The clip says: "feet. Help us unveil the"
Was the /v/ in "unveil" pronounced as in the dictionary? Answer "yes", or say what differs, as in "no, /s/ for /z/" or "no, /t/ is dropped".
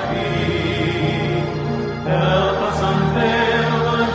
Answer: no, /b/ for /v/